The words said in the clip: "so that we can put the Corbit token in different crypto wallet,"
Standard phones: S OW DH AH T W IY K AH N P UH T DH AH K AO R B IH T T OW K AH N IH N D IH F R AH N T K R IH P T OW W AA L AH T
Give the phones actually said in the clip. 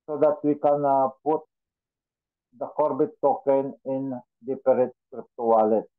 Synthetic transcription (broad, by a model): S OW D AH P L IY K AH N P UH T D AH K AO R B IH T T OW K AH N IH N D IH P R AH T K R IH P T OW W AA L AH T